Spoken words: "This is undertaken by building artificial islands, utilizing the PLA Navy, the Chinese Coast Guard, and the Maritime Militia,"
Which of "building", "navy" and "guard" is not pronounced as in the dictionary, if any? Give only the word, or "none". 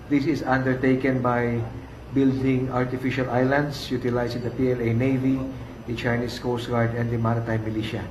none